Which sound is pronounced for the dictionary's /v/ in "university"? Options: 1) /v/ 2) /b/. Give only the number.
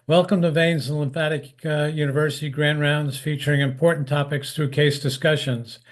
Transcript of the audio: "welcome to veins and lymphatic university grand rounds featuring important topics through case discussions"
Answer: 1